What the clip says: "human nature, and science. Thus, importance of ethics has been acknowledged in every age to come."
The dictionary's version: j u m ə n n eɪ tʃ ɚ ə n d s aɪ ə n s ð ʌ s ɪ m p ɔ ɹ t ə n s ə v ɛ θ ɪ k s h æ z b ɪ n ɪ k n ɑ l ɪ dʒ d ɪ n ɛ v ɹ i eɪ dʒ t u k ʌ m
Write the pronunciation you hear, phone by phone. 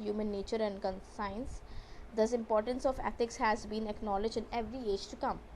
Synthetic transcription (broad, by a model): j u m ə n n eɪ tʃ ɚ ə n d s aɪ ə n s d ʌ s ɪ m p ɔ ɹ t ə n s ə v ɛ t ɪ k s h æ z b ɪ n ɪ k n ɑ l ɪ dʒ ɪ n ɛ v ɹ i eɪ dʒ t u k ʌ m